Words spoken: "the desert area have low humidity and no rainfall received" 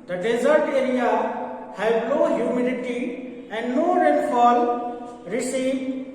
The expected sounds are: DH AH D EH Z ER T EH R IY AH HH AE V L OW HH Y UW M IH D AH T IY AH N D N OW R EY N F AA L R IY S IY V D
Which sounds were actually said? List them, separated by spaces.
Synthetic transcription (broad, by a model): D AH D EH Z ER T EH R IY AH HH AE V N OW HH Y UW M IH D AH T IY AH N D N OW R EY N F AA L R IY S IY